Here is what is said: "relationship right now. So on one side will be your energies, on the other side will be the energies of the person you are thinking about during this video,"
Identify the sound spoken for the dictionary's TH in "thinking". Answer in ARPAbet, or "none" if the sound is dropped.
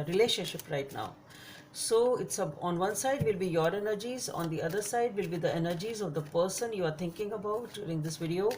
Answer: T